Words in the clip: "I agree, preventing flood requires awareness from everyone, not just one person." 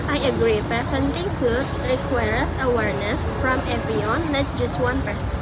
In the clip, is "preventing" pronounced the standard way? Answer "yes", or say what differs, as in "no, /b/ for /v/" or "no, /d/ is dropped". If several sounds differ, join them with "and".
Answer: no, /f/ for /v/